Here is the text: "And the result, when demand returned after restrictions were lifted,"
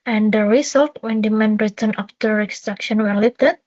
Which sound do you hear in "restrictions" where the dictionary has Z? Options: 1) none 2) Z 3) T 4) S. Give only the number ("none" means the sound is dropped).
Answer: 1